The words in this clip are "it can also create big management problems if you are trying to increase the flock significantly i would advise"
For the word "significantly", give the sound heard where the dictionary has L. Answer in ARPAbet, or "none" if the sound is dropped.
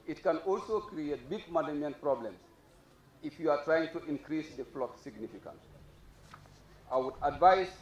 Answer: none